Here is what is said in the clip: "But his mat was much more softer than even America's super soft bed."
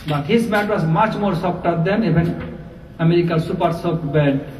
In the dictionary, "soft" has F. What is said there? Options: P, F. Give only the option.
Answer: P